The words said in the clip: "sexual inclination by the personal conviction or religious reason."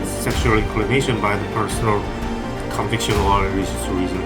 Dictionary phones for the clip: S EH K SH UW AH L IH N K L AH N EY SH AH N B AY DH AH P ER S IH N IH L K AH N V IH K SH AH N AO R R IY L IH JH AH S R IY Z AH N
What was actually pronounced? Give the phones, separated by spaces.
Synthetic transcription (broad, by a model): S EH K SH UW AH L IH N K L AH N EY SH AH N B AY DH AH P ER S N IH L K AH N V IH K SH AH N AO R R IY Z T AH R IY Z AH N